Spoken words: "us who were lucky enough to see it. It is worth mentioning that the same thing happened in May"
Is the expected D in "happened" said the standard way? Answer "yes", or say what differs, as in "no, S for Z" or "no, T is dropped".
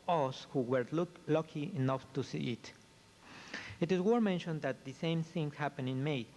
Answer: no, D is dropped